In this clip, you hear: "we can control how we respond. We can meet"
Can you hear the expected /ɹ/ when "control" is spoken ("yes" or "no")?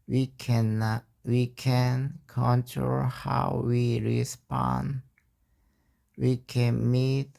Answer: yes